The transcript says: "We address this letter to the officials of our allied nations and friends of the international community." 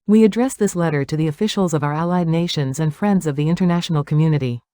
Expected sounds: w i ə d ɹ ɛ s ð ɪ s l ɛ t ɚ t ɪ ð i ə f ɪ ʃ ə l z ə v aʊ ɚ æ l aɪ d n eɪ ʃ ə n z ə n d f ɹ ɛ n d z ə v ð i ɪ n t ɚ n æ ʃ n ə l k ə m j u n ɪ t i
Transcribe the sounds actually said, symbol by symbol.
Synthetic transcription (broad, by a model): w i ə d ɹ ɛ s ð ɪ s l ɛ t ɚ t ɪ ð i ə f ɪ ʃ l z ə v aʊ ɚ æ l aɪ d n eɪ ʃ ə n z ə n f ɹ ɛ n d z ə v ð i ɪ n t ɚ n æ ʃ n l k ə m j u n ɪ t i